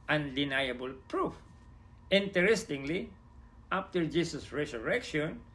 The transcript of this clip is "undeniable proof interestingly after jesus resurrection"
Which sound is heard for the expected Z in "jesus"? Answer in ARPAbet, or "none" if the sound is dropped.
S